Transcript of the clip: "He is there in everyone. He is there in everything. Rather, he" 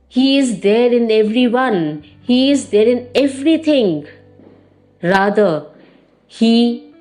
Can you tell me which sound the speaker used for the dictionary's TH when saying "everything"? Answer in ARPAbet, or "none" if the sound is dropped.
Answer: T